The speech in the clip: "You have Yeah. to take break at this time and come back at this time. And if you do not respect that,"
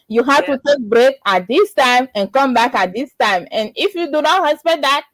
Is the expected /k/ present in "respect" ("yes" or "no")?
no